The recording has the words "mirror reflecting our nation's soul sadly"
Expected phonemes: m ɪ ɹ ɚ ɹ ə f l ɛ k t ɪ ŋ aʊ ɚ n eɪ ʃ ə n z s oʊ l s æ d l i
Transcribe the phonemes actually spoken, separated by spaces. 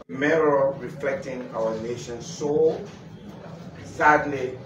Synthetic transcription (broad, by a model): m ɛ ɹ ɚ ɹ ə f l ɛ k t ɪ ŋ aʊ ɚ n eɪ ʃ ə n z s oʊ s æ d l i